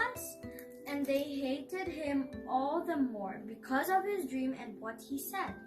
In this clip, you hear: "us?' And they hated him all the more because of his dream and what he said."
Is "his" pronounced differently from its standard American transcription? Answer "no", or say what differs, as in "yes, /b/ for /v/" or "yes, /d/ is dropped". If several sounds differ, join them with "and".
no